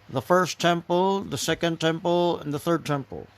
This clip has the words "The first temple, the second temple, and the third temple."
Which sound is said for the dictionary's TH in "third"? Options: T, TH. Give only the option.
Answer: TH